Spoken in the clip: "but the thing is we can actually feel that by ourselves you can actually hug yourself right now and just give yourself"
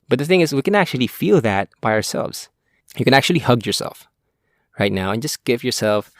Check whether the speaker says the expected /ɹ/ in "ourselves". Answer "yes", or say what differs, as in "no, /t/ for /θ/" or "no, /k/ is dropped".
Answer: yes